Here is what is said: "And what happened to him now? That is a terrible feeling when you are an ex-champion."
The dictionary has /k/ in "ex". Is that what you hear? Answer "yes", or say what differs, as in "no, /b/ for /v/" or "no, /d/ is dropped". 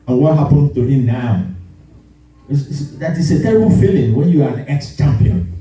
yes